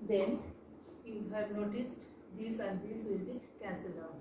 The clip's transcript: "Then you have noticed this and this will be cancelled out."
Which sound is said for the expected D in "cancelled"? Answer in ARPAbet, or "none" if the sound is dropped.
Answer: none